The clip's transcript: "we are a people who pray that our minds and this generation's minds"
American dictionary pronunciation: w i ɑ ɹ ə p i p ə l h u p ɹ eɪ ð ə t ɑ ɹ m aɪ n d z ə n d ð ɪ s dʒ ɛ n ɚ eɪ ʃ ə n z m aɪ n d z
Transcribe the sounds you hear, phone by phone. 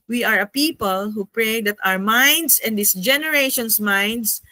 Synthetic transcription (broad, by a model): w i ɑ ɹ ə p i p ə l h u p ɹ eɪ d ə t ɑ ɹ m aɪ n d s ə n d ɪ s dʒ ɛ n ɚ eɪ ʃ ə n s m aɪ n d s